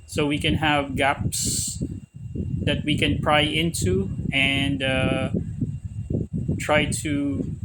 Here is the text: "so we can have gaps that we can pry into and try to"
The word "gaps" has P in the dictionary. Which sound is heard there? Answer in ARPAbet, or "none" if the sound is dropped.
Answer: P